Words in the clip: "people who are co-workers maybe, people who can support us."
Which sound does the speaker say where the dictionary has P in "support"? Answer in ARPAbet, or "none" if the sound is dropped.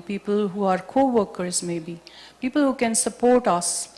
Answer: P